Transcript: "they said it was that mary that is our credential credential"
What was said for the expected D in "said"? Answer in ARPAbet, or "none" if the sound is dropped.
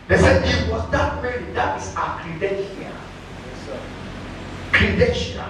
none